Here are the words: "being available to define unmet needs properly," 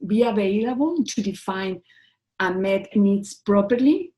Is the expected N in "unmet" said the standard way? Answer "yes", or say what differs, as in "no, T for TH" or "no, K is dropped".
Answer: no, N is dropped